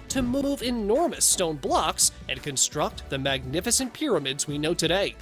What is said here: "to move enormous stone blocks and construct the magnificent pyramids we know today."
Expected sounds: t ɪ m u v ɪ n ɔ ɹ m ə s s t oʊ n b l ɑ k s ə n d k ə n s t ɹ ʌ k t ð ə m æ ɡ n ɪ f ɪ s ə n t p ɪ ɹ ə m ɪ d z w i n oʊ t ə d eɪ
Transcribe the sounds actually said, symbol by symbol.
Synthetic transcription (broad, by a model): t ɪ m u v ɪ n ɔ ɹ m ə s s t oʊ n b l ɑ k s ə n k ə n s t ɹ ʌ k t ð ə m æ ɡ n ɪ f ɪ s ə n p ɪ ɹ ə m ɪ d z w i n oʊ t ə d eɪ